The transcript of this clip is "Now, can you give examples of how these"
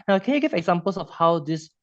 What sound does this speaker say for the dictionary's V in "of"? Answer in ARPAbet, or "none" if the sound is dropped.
F